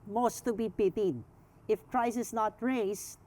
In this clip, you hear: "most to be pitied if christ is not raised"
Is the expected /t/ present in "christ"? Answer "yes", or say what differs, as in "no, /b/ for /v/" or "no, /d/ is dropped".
no, /t/ is dropped